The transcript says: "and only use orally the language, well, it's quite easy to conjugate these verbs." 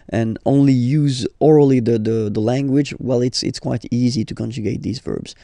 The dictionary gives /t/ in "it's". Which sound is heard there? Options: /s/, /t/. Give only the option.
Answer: /t/